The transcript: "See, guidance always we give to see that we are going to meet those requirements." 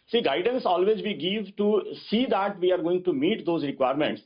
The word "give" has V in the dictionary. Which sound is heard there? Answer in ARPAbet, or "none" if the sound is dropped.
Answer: V